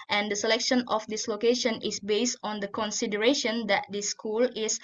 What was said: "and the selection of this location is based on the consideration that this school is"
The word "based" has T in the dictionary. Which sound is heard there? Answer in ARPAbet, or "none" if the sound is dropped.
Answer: T